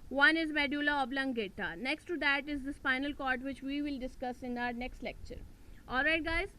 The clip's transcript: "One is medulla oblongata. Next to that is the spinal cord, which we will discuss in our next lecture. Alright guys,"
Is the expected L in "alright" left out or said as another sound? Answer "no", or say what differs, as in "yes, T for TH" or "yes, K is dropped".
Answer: no